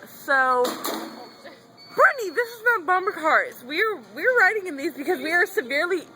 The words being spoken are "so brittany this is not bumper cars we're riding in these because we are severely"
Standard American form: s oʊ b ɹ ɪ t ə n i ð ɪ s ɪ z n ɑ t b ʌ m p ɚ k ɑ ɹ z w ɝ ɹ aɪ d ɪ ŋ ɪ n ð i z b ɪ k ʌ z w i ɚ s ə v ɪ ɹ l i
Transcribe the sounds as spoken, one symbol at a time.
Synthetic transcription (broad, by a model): s oʊ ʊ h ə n i ð ɪ s ɪ z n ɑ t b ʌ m b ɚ k ɑ ɹ z w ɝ ɹ aɪ d ɪ ŋ ɪ n ð i z b ɪ k ʌ z w i ɚ s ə v ɪ ɹ l i